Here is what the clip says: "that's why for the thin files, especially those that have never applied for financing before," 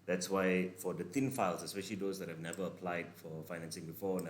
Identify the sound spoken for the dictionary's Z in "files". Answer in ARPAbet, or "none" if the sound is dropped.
S